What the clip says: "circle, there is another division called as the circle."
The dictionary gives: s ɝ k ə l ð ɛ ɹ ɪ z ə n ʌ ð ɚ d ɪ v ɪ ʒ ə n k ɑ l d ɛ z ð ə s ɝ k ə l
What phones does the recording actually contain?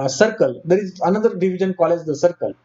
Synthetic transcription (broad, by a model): s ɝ k ə l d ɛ ɹ ɪ z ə n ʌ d ɚ d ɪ v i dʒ ə n k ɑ l ɛ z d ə s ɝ k ə l